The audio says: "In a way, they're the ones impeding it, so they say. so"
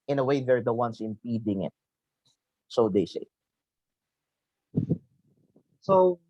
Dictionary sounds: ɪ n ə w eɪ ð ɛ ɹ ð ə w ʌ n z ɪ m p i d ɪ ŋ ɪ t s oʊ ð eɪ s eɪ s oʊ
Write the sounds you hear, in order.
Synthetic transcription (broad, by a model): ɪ n ə w eɪ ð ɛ ɹ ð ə w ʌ n s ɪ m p i d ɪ ŋ ɪ t s oʊ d eɪ s eɪ s oʊ